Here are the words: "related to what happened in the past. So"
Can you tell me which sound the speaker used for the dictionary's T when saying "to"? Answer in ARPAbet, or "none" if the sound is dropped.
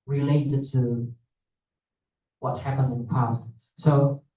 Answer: T